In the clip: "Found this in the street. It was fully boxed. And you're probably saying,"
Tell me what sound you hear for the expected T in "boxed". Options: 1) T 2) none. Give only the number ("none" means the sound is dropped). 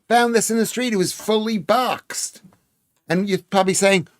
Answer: 1